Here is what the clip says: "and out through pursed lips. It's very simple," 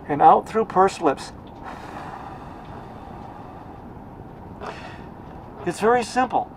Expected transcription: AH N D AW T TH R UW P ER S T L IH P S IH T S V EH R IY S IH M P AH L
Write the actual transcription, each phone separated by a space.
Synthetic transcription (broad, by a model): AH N AW T TH R UW P ER S L IH P S IH T S V EH R IY S IH M P L